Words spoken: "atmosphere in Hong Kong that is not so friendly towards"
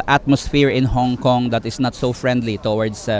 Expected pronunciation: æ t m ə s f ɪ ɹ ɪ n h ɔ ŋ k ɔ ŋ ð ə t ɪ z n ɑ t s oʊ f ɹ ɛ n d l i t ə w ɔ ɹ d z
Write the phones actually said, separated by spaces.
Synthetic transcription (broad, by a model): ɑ t m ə s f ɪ ɹ ɪ n h ɔ ŋ k ɔ ŋ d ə t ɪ s n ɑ t s oʊ f ɹ ɛ n d l i t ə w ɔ ɹ d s